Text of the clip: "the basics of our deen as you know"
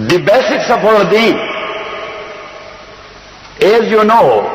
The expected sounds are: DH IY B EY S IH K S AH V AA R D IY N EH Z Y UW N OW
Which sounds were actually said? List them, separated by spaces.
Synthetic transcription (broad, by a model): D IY B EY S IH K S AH P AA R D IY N EH Z Y UW N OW